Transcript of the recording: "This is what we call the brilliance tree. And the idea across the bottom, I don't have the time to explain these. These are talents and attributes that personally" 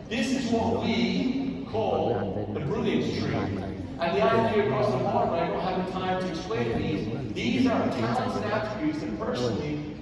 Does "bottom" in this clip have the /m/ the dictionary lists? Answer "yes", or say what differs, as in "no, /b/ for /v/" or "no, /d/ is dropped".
no, /m/ is dropped